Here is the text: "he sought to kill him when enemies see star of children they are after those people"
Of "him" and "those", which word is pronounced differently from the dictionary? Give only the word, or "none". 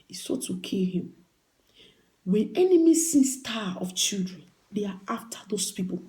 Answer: those